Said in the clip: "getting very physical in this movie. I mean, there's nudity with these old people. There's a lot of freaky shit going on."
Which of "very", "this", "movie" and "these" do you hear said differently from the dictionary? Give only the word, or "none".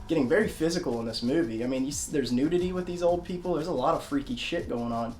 none